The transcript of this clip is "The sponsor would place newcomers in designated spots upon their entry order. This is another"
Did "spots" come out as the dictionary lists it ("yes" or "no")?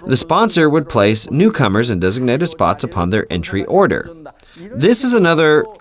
yes